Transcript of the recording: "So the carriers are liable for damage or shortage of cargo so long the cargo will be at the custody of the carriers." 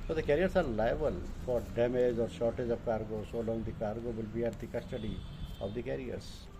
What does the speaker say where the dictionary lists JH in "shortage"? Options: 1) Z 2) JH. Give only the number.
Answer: 2